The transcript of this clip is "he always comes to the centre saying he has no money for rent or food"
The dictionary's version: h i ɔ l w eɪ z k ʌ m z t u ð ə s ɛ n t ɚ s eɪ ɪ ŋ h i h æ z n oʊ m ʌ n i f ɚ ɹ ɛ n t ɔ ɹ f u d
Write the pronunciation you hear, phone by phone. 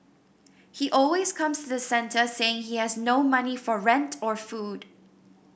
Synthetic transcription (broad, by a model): h i ɔ l w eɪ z k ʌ m s t u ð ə s ɛ n t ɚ s eɪ ɪ ŋ h i h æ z n oʊ m ʌ n i f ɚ ɹ ɛ n t ɔ ɹ f u d